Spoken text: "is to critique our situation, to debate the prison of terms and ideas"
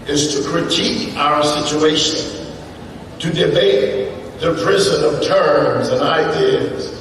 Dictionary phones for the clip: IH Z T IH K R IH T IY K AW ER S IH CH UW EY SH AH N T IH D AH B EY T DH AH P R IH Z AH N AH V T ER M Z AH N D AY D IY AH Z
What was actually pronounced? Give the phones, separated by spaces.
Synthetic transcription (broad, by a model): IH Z T IH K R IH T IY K AW ER S IH CH UW EY SH AH N T IH D AH B EY T DH AH P R IH Z AH N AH T ER M Z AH N AY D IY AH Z